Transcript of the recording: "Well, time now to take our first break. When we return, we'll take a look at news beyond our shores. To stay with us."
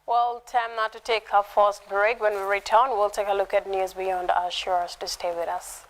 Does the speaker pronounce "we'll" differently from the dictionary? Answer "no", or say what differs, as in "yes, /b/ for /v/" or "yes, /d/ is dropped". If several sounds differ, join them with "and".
no